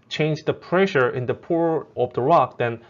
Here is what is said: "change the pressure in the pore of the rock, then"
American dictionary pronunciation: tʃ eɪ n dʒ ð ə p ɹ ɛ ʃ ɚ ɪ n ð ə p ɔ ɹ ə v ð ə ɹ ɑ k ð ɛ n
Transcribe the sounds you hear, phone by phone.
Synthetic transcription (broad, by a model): tʃ eɪ n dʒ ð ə p ɹ ɛ ʃ ɚ ɪ n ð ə p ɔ ɹ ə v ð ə ɹ ɑ k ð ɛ n